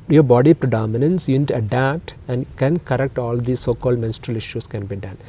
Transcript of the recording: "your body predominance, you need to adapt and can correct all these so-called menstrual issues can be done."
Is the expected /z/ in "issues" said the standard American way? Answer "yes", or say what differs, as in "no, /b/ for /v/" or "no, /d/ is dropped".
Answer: no, /s/ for /z/